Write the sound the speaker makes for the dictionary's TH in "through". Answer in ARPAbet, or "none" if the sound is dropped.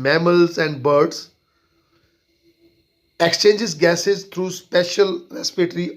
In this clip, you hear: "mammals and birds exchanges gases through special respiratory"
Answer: T